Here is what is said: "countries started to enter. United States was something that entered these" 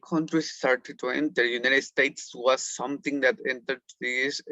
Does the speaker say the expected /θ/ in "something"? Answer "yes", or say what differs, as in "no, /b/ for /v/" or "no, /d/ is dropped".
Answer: no, /t/ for /θ/